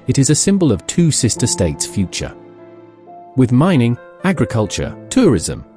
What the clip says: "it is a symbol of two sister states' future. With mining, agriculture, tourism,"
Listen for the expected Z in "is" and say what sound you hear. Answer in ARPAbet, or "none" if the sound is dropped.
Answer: Z